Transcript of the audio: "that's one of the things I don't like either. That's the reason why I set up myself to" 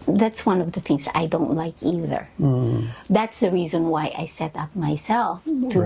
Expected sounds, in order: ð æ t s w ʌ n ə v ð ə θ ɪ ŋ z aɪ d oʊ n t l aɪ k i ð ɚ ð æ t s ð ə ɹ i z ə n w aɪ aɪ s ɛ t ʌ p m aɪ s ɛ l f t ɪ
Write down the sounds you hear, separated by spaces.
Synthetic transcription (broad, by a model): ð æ t s w ʌ n ə v ð ə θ ɪ ŋ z aɪ d oʊ n t l aɪ k i ð ɚ ð æ t s ð ə ɹ i z ə n w aɪ aɪ s ɛ t ʌ p m aɪ s ɛ l f t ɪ